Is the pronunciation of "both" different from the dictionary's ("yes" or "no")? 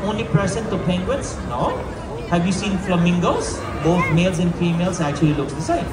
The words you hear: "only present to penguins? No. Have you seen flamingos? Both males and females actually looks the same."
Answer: yes